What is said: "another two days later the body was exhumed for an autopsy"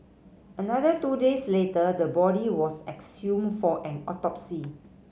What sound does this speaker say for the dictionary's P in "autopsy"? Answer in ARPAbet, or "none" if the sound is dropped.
P